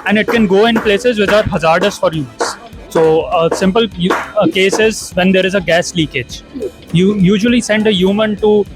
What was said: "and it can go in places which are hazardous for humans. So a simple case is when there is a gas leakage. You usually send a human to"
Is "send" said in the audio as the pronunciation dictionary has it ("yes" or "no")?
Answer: yes